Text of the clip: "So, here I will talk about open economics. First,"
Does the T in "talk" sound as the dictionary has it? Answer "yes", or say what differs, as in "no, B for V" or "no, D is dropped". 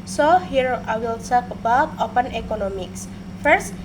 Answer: no, S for T